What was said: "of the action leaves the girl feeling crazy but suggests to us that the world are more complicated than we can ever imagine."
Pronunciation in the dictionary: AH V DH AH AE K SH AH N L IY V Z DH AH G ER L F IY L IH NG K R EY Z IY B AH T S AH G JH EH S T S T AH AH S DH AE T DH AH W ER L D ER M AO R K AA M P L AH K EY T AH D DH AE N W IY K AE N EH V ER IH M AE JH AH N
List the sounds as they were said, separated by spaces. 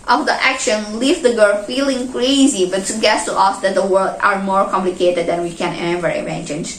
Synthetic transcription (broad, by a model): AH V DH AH AE K SH AH N L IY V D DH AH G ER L F IY L IH NG K R EY Z IY B AH T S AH G EH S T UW T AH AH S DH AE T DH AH W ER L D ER M AO R K AA M P L AH K EY T AH D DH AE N W IY K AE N EH V ER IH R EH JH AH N